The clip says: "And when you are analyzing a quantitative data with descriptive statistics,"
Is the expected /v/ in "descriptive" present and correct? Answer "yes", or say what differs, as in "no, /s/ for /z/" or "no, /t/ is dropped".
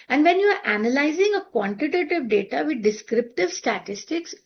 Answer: yes